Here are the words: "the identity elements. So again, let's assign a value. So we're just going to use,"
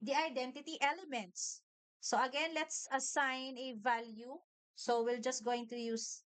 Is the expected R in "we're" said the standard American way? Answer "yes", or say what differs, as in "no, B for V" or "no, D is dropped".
no, L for R